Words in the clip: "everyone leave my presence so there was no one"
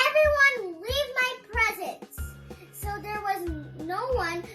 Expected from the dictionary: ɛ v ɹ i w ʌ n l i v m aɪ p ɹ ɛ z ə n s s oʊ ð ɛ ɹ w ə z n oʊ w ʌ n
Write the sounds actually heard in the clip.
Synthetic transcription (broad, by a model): ɛ v ɹ i w ʌ n l i v m aɪ p ɹ ɛ z ə n s s oʊ ð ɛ ɹ w ə z n oʊ w ʌ n